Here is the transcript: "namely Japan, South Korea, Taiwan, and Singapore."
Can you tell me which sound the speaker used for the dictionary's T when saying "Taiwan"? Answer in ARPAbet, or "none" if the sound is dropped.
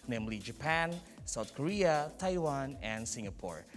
T